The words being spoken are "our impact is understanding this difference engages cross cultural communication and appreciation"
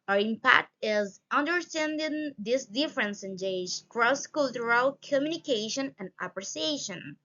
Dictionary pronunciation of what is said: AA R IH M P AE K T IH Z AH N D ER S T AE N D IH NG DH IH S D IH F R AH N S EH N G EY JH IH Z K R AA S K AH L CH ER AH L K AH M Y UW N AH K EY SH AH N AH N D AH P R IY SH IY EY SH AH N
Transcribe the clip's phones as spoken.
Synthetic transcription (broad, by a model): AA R IH M P AE K T IH Z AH N D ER S T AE N D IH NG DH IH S D IH F R AH N S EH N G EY IH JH K R AA S K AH L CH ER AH L K AH M Y UW N AH K EY SH AH N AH N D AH P R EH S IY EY SH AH N